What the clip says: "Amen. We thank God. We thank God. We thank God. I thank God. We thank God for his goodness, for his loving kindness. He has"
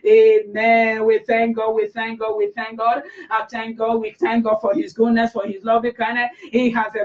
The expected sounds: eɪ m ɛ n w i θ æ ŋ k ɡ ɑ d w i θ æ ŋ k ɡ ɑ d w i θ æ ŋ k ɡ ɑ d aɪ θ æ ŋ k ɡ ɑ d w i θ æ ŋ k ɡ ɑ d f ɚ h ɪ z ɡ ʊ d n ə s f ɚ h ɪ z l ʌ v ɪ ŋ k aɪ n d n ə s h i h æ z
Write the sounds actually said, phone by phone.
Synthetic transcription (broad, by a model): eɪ m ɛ n w i θ æ ŋ k ɡ ɑ d w i θ æ ŋ k ɡ ɑ d w i θ æ ŋ k ɡ ɑ d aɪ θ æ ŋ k ɡ ɑ d w i θ æ ŋ k ɡ ɑ d f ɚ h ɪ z ɡ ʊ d n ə s f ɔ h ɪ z l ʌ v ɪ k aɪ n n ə h i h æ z